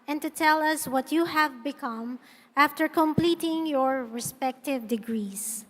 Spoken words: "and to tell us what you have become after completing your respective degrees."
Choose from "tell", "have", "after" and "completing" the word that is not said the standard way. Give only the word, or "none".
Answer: none